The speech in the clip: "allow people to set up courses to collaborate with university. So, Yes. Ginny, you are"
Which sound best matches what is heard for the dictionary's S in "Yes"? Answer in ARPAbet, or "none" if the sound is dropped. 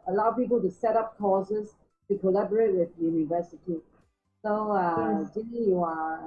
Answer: none